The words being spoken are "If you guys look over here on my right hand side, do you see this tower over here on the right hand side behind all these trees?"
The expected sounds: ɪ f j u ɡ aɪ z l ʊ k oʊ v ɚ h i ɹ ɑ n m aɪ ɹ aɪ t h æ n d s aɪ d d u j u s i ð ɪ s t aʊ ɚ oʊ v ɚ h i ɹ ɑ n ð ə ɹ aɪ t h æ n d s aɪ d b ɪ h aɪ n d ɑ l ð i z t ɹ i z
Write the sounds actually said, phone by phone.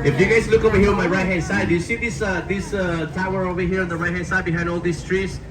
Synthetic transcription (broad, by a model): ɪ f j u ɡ aɪ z l ʊ k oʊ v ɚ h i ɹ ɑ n m aɪ ɹ aɪ t h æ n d s aɪ d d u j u s i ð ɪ s t aʊ ɚ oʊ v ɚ h i ɹ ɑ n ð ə ɹ aɪ t h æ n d s aɪ d b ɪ h aɪ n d ɑ l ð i s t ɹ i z